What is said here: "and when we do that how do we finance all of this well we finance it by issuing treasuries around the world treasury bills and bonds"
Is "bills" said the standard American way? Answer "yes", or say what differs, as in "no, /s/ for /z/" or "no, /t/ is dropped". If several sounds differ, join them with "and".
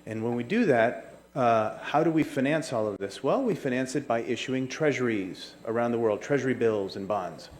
yes